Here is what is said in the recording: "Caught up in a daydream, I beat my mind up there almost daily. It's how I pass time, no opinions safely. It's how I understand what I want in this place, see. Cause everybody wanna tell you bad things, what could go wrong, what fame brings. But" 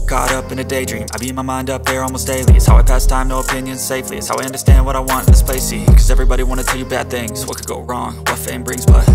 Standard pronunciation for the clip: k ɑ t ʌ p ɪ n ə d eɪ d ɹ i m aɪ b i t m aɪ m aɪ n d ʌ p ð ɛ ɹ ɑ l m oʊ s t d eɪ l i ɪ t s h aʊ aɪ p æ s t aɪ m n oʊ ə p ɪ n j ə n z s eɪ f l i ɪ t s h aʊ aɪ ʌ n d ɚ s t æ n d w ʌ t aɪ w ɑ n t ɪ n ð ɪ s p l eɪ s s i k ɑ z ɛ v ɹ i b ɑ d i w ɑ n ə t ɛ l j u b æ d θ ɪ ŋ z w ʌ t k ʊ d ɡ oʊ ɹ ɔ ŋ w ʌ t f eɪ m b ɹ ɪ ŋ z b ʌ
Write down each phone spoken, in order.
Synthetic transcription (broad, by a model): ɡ ɑ t ʌ p ɪ n ə d eɪ d ɹ i m aɪ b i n m aɪ m aɪ n d ʌ p ð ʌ ɹ ɑ l m oʊ s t d eɪ l i ɪ t s h aʊ aɪ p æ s t aɪ m n oʊ ə p ɪ n j ə n z s eɪ f l i ɪ t s h aʊ aɪ ʌ n d ɚ s t æ n d w ʌ t aɪ w ɑ n t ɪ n ð ɪ s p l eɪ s s i k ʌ z ɛ v ɹ i b ɑ d i w ɑ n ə t ɛ l j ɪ b æ d θ ɪ ŋ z w ʌ t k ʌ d ɡ oʊ ɹ ɔ ŋ w ʌ t f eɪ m b ɹ ɪ ŋ z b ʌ